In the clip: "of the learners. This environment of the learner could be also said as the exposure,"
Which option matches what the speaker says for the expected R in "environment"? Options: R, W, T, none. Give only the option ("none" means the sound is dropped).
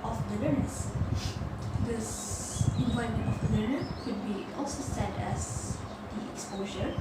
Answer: none